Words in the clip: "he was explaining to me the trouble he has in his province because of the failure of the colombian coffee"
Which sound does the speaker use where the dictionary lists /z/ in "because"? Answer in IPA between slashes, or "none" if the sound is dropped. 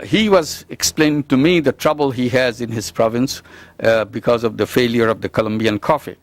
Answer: /z/